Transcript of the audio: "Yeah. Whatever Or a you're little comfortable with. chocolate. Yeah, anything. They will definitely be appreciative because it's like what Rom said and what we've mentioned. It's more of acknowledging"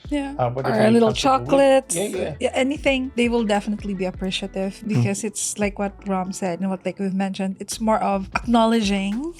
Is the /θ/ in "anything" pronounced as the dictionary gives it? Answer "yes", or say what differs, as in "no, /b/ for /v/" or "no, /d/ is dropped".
yes